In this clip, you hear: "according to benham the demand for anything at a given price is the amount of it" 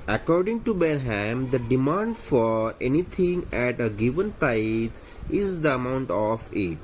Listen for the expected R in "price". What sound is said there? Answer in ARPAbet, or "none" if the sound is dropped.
none